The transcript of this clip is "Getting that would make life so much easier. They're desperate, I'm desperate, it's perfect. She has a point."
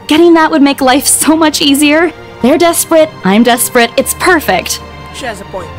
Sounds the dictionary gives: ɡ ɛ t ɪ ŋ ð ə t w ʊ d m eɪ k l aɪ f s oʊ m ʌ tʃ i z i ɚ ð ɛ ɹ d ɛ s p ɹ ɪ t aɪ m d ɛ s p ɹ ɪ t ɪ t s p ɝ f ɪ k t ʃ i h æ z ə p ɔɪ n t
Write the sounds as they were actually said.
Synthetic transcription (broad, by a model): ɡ ɛ t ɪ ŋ ð ə t w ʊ d m eɪ k l aɪ f s oʊ m ʌ tʃ i z i ɚ ð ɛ ɹ d ɛ s p ɹ ɪ t aɪ m d ɛ s p ɹ ɪ t ɪ t s p ɝ f ɪ k t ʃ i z ə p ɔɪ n